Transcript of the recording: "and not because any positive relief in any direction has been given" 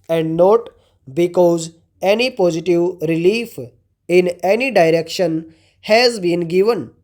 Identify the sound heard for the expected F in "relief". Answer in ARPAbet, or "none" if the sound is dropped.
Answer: F